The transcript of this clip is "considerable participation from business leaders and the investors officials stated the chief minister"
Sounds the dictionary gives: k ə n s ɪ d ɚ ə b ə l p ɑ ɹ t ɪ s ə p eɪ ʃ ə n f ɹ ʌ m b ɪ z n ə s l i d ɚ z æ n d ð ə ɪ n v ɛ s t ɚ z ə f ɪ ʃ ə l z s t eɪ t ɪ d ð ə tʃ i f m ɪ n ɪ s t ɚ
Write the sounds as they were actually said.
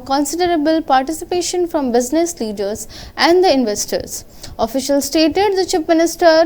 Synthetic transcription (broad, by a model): k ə n s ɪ d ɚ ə b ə l p ɑ ɹ t ɪ s ə p eɪ ʃ ə n f ɹ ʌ m b ɪ z n ə s l i d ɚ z æ n d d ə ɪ n v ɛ s t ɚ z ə f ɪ ʃ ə l s t eɪ t ɪ d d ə tʃ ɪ p m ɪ n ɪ s t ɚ